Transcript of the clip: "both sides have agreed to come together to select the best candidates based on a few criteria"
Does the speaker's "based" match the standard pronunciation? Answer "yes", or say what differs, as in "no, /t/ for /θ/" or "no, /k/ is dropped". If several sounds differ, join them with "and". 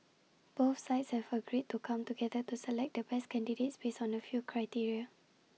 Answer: no, /t/ is dropped